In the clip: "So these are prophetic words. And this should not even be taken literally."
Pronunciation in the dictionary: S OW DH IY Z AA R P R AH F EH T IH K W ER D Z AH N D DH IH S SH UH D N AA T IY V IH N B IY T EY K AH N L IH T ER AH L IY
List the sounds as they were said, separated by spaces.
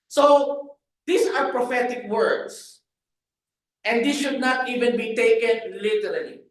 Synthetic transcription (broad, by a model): S OW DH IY S AA R P R AH F EH T IH K W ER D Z AH N D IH S SH UH D N AA T IY V IH N B IY T EY K AH N L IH T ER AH L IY